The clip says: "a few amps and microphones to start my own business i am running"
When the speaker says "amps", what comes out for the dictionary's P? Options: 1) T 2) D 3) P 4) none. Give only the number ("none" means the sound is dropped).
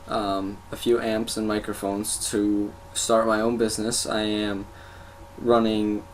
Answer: 3